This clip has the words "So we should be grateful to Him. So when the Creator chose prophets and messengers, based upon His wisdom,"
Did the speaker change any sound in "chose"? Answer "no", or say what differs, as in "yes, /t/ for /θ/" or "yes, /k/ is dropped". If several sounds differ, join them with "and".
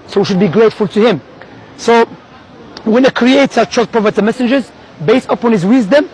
yes, /z/ is dropped